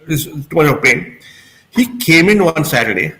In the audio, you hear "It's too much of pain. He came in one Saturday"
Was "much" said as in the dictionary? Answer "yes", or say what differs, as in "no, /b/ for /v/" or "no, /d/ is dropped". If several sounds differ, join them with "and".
no, /tʃ/ is dropped